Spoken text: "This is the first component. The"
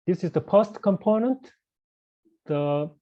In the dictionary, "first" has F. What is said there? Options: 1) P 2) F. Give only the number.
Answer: 1